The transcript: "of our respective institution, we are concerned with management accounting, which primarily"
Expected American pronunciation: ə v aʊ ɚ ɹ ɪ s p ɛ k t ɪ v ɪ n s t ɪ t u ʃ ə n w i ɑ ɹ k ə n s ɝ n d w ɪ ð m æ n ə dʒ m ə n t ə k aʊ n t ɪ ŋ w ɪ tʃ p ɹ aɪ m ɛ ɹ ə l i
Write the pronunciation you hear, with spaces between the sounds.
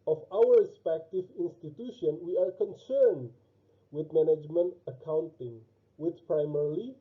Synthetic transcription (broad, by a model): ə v aʊ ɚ ɹ ɪ s p ɛ k t ɪ v ɪ n s t ɪ t u ʃ ə n w i ɑ ɹ k ə n s ɝ n d w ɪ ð m æ n ə dʒ m ə n t ə k aʊ n t ɪ ŋ w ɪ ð p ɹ aɪ m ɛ ɹ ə l i